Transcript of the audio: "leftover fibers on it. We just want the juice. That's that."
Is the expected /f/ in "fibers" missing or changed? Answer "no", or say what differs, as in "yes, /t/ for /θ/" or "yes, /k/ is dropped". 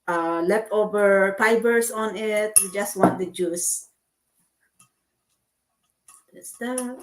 yes, /p/ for /f/